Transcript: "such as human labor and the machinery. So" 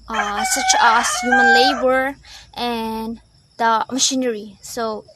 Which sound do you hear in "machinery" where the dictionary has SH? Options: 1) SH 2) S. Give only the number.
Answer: 1